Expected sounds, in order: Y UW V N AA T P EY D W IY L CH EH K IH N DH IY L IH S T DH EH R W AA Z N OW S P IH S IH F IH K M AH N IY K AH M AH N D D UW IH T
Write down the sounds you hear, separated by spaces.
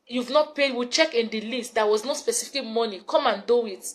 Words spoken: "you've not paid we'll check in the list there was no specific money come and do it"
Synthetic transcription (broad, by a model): Y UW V N AA T P EY D W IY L CH EH K IH N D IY L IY S T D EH W AA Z N OW S P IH S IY F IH K M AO N IY K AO M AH N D D UW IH T